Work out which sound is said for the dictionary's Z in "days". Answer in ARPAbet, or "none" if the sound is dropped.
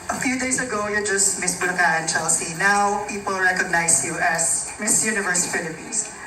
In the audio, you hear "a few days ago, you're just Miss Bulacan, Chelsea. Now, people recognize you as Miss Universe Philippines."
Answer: S